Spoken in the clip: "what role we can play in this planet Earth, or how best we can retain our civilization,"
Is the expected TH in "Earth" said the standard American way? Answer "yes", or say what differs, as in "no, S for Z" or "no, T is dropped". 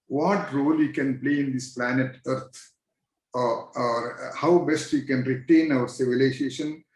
no, T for TH